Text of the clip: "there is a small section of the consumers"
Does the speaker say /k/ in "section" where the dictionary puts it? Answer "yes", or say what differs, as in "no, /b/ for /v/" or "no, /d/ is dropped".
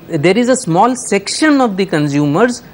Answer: yes